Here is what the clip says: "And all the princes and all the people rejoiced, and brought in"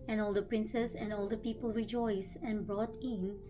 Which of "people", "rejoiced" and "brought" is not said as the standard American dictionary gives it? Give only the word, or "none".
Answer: rejoiced